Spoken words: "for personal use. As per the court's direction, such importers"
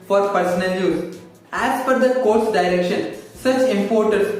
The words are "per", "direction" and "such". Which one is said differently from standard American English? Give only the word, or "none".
per